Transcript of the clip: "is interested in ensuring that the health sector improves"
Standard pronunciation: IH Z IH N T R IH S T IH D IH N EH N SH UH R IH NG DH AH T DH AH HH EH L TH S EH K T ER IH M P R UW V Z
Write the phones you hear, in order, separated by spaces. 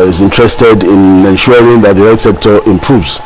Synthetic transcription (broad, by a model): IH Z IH N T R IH S T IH D IH N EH N SH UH R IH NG DH AH T DH AH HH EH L T S EH K T ER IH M P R UW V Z